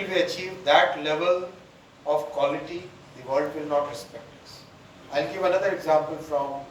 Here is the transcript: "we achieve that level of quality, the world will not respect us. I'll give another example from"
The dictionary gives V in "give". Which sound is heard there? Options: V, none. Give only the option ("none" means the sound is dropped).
V